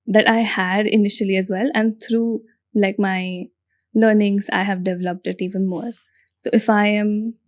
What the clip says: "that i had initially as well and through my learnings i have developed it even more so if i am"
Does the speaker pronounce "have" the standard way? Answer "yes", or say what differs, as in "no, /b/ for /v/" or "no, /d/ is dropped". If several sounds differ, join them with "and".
yes